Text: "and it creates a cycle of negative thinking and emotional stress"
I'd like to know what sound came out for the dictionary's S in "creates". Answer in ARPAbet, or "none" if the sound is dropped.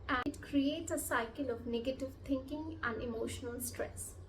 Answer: S